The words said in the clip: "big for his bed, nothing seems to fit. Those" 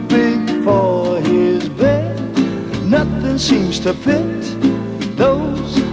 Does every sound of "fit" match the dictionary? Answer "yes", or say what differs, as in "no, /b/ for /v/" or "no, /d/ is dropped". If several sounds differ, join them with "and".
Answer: no, /p/ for /f/